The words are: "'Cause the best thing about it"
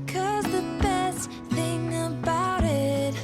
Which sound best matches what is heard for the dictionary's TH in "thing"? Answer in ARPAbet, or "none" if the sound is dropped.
TH